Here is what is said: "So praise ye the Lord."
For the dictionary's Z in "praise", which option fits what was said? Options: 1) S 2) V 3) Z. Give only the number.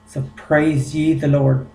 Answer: 3